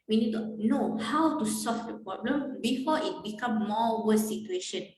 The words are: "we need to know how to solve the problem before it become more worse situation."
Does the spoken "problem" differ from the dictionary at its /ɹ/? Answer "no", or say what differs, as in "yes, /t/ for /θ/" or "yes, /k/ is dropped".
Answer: no